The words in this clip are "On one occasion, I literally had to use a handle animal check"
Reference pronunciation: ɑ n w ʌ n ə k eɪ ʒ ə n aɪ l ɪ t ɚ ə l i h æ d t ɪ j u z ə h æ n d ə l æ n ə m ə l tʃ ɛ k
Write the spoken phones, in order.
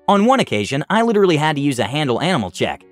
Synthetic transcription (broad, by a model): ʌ n w ʌ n ə k eɪ ʒ ə n aɪ l ɪ t ɚ l i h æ d t ɪ j u z ə h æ n d l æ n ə m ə l tʃ ɛ k